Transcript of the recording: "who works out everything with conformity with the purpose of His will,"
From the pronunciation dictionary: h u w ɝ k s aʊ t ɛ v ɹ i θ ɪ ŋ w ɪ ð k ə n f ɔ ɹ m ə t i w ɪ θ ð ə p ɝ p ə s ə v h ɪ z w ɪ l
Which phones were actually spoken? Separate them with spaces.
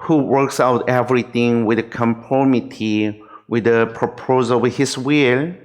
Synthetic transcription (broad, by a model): h u w ɝ k s aʊ t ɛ v ɹ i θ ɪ ŋ w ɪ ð k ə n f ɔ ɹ m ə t i w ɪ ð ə p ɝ p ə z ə w h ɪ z w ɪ l